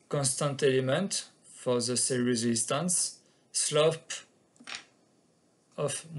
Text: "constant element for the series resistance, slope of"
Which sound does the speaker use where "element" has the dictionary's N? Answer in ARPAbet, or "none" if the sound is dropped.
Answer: N